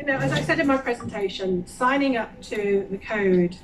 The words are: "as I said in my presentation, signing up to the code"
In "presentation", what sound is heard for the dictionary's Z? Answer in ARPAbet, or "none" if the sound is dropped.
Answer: Z